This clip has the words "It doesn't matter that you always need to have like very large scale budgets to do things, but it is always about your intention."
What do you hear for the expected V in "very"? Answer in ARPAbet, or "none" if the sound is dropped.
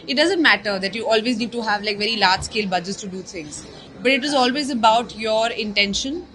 V